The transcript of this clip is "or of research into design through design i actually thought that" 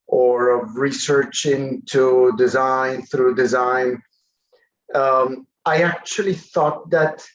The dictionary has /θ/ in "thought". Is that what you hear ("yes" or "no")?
yes